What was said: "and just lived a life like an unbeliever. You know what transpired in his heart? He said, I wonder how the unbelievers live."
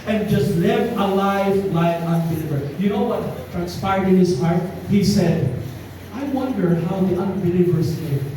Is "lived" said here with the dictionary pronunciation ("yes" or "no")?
no